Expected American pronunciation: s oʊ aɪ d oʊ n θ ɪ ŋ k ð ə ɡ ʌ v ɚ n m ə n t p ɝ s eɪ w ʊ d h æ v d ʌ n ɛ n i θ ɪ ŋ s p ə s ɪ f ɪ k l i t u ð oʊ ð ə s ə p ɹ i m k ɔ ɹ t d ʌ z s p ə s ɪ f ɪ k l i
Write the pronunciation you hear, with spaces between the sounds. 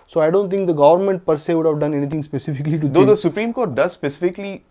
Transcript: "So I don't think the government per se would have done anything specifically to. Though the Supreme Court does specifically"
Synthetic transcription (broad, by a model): s oʊ aɪ d oʊ n t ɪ ŋ k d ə ɡ ʌ v ɚ n m ə n t p ɝ s eɪ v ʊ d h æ v d ʌ n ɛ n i t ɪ ŋ s p ə s ɪ f ɪ k l i t u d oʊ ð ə s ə p ɹ i m k ɔ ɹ t d ʌ z s p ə s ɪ f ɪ k l i